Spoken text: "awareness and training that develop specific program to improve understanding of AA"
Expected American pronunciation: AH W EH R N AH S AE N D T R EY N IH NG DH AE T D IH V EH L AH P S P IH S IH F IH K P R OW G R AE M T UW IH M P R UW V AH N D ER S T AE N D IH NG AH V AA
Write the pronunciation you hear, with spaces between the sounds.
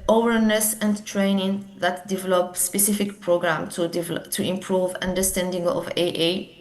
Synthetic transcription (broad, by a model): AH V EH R N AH S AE N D T R EY N IH NG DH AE T D IH V EH L AH P S P IH S IH F IH K P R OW G R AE M T UW IH M P R UW V AH N D ER S T AE N D IH NG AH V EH